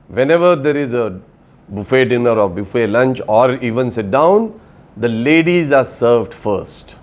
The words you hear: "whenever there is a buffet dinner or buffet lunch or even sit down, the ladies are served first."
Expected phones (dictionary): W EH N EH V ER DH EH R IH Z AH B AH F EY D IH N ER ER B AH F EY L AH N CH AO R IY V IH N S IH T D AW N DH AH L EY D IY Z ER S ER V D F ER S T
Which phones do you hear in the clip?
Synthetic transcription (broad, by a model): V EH N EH V ER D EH R IH Z AH B AH F EY D IH N ER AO B AH F EY L AH N CH AO R IY V IH N S IH T D AW N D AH L EY D IY Z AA S ER V D F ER S T